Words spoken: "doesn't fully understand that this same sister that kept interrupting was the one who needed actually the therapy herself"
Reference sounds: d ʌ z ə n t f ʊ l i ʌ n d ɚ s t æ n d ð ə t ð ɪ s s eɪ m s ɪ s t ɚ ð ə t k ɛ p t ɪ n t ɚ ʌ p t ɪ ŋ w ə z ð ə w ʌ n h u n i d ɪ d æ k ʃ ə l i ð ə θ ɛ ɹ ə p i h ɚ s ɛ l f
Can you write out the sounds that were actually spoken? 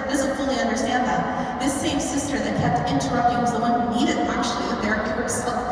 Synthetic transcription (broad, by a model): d ʌ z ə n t f ʊ l i ʌ n d ɚ s t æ n ð ə t ð ɪ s s eɪ m s ɪ s t ɚ ð ə t k ɛ p t ɪ n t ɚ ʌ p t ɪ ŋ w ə z ð ə w ʌ n h u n i d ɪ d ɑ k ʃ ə i ð ə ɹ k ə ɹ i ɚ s